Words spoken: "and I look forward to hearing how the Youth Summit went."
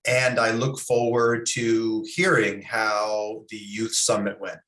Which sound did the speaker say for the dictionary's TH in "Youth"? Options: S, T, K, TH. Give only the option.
TH